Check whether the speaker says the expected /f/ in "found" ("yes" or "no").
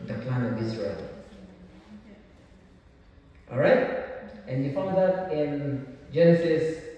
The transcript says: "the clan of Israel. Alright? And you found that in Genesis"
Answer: yes